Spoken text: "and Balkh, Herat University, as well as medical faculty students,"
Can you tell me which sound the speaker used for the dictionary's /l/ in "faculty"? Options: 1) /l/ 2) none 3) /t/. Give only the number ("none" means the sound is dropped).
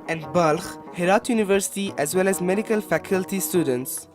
1